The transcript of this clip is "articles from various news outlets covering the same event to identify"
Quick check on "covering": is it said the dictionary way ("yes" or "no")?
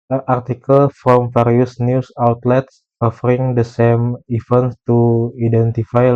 no